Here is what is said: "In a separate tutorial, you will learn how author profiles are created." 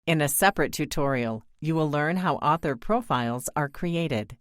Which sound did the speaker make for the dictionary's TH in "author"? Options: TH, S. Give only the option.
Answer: TH